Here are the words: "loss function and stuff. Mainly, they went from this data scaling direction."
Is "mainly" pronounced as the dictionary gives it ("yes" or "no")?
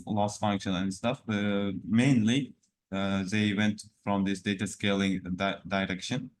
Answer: yes